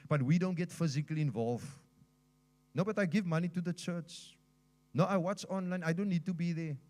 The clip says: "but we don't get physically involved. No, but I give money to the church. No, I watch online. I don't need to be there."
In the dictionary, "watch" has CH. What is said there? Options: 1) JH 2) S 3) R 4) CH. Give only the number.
4